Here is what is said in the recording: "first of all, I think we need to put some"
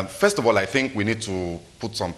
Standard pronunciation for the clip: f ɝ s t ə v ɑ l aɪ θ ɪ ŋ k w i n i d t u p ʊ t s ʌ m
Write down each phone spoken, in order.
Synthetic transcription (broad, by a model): f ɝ s t ə v ɑ l aɪ θ ɪ ŋ k w i n i d t u p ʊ t s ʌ m